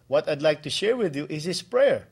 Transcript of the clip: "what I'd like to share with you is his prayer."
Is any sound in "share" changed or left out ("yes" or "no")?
no